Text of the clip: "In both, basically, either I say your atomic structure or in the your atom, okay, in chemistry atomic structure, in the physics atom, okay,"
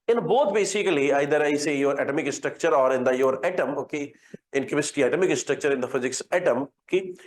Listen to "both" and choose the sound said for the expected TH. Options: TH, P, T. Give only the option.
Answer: T